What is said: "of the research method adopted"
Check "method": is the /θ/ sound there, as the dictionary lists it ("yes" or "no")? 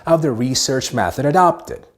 yes